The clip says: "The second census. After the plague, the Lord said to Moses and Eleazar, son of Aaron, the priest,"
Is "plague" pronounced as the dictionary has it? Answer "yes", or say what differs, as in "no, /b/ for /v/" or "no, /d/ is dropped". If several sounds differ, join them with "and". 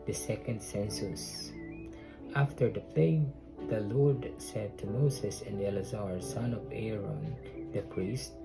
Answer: no, /l/ is dropped